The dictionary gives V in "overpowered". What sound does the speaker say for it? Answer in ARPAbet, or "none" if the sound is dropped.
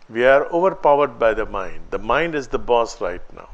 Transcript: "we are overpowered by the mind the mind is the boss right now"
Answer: V